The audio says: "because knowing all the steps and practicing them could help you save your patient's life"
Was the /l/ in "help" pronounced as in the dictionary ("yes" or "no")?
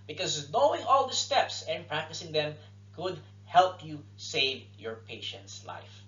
yes